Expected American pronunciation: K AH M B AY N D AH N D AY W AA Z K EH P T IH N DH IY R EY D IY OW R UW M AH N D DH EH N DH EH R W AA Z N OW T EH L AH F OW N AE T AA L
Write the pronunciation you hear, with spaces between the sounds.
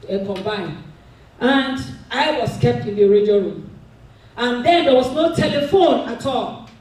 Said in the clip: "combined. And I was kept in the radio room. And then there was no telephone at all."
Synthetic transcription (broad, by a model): K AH M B AY N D AH N D AY W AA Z K EH P T IH N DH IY R EY D IY OW R UW M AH N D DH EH N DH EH W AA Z N OW T EH L AH F OW N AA T AA L